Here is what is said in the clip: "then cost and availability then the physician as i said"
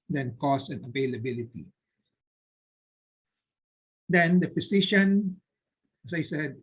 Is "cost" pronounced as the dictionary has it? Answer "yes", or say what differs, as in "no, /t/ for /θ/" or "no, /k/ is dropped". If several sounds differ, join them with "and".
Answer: no, /t/ is dropped